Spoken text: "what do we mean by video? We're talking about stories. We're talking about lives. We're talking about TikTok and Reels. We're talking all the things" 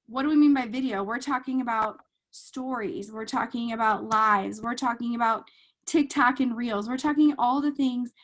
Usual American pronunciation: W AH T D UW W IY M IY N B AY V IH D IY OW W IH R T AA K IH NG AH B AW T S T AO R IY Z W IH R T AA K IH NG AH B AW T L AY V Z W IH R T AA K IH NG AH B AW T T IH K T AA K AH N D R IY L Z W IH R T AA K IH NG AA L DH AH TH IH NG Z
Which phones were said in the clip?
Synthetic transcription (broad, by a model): W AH T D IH W IY M IY N B AY V IH D IY OW W IH R T AA K IH NG AH B AW T S T AO R IY Z W IH R T AA K IH NG AH B AW T L AY V Z W IH R T AA K IH NG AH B AW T T IH K T AA K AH N R IY L Z W IH R T AA K IH NG AA L DH AH TH IH NG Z